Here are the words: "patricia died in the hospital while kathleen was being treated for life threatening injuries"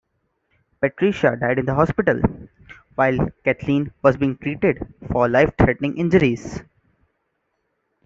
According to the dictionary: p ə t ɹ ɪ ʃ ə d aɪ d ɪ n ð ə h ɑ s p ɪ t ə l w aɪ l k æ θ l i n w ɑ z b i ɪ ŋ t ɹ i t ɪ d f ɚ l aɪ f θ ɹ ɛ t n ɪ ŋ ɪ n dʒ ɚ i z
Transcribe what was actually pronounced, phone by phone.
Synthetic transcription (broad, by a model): p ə t ɹ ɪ ʃ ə d aɪ d ɪ n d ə h ɑ s p ɪ t ə l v aɪ l k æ t l i n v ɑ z b i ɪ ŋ t ɹ i t ɪ d f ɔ l aɪ f t ɹ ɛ t n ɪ ŋ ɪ n dʒ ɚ i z